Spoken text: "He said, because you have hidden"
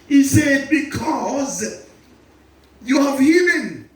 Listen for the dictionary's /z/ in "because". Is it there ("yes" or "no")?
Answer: yes